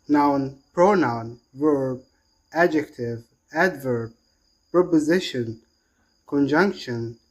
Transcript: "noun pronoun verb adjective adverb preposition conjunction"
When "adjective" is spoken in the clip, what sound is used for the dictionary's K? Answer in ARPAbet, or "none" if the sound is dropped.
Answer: K